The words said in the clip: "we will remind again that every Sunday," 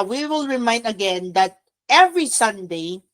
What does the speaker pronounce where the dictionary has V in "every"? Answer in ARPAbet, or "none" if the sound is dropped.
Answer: V